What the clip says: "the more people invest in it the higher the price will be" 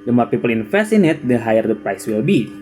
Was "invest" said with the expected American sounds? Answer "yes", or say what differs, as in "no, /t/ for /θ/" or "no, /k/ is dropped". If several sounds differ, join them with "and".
no, /f/ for /v/ and /t/ is dropped